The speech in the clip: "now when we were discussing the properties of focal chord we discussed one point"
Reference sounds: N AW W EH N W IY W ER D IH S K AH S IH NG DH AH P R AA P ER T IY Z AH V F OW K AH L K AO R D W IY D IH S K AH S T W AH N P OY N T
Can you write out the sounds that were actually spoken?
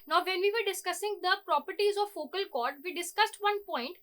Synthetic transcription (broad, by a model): N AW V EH N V IY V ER D IH S K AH S IH NG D AH P R AA P ER T IY Z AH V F OW K AH L K AO R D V IY D IH S K AH S T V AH N P OY N T